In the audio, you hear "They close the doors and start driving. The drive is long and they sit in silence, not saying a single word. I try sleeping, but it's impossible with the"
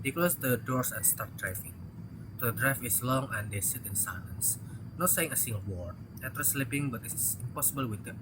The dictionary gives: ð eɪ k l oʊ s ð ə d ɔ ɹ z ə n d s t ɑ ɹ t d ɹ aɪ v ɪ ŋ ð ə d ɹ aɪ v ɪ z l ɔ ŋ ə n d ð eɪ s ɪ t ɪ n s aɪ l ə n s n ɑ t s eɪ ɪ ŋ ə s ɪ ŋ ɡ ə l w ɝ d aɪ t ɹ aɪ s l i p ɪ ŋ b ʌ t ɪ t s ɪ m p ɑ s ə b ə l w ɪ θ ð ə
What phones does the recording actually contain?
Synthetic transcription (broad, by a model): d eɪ k l oʊ s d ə d ɔ ɹ s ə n s t ɑ ɹ t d ɹ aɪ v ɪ ŋ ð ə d ɹ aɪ f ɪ s l ɔ ŋ ə n d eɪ s ɪ t ɪ n s aɪ l ə n s n ɑ t s eɪ ɪ ŋ ə s ɪ ŋ ɡ ə l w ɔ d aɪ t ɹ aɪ s l i p ɪ ŋ b ʌ t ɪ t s ɪ m p ɑ s ə b ə l w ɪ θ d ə